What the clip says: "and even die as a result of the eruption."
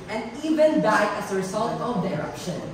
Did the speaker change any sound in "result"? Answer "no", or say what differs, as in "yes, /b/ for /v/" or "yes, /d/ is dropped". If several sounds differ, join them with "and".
yes, /s/ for /z/